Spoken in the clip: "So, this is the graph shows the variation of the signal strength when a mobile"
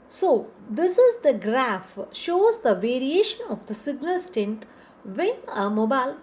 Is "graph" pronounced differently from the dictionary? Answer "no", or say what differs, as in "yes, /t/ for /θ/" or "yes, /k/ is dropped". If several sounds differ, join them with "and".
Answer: no